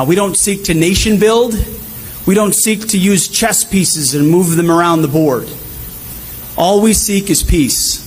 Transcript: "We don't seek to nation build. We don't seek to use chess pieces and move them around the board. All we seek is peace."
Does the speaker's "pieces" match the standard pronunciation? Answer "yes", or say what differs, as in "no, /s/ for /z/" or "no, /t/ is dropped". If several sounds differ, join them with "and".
yes